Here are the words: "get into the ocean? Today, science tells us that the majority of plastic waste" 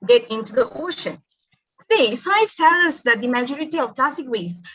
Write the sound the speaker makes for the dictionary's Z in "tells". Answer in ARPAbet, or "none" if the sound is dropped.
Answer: none